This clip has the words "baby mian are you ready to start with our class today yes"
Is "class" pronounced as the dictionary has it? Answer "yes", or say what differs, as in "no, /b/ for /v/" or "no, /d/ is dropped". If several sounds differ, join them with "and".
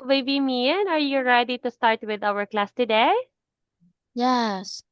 yes